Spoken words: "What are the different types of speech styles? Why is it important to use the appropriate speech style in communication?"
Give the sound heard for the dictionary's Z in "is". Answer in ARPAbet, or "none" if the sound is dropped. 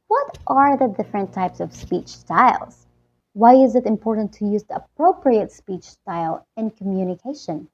Z